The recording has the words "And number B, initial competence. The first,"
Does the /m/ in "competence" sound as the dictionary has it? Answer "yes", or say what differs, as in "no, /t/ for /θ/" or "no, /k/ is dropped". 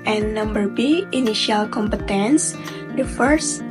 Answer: yes